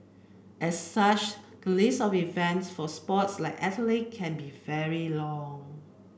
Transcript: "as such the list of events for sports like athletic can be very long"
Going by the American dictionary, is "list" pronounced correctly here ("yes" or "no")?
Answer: no